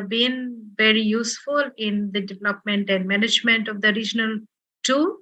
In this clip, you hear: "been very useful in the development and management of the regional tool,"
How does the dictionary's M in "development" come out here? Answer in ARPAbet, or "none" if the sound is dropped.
M